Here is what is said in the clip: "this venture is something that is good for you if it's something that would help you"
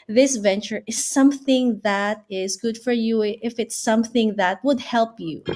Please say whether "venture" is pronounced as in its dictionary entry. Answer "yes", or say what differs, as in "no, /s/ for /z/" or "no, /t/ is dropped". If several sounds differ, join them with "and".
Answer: yes